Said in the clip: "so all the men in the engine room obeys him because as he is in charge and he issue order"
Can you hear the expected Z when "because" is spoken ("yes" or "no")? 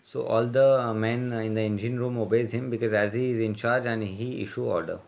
yes